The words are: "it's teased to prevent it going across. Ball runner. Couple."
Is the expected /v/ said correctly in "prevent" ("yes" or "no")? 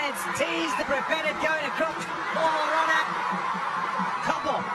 no